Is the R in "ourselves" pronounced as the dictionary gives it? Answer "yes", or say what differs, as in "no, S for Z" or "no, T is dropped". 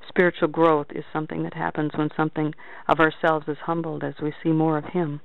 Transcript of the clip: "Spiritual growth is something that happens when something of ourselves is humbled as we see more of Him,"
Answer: yes